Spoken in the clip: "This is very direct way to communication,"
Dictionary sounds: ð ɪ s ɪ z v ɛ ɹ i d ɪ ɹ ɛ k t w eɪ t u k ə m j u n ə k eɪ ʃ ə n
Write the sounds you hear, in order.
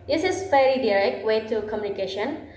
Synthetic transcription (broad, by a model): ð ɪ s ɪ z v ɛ l i d ɪ ɹ ɛ k t w eɪ t u k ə m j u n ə k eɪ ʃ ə n